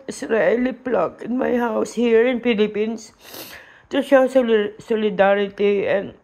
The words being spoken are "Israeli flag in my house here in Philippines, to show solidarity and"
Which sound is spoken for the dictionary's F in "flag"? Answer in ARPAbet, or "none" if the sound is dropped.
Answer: P